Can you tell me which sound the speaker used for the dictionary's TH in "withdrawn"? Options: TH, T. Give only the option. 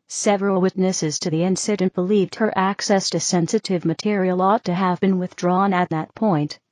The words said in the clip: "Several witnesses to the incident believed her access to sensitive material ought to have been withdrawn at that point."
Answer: TH